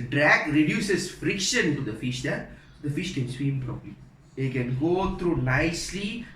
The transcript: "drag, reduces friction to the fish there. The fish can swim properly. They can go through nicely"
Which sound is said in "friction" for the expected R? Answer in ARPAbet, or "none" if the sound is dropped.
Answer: R